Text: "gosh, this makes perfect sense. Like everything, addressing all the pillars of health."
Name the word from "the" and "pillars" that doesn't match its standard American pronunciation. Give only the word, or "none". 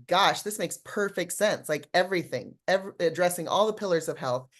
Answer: none